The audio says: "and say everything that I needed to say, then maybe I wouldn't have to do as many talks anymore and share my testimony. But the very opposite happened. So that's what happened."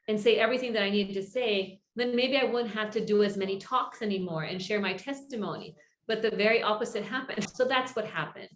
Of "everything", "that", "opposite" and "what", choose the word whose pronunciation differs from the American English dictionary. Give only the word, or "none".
none